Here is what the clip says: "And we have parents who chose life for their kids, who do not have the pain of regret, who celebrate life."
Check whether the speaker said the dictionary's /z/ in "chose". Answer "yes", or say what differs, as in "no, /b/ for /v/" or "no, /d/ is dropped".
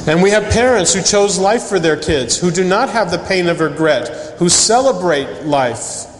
yes